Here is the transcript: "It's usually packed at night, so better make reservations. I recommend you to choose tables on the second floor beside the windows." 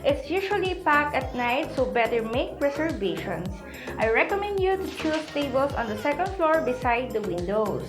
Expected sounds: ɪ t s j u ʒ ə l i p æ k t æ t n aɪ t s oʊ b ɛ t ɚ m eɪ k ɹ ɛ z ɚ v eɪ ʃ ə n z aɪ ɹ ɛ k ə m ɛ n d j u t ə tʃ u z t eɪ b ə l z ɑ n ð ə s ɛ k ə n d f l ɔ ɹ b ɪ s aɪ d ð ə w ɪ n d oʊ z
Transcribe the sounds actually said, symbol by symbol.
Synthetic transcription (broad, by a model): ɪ t s j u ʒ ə l i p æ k ʌ t n aɪ t s oʊ b ɛ t ɚ m eɪ k ɹ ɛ s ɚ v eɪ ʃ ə n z aɪ ɹ ɛ k ə m ɛ n d j u t ə tʃ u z t eɪ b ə l s ɑ n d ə s ɛ k ə n d f l ɔ ɹ b ɪ s aɪ d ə w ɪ n d oʊ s